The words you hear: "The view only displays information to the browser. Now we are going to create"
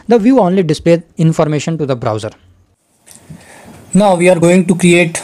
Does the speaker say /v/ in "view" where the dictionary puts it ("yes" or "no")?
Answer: yes